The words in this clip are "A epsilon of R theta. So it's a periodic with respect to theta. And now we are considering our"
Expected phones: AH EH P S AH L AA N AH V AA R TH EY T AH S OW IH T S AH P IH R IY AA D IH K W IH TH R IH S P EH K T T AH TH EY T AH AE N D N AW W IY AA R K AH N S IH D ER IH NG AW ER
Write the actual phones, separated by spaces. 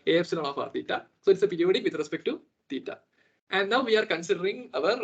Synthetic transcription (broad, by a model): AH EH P S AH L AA L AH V AA R T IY T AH S OW IH T S AH P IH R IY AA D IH K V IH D R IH S P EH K T T AH T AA T AE N D N AW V IY AA R K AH N S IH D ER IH NG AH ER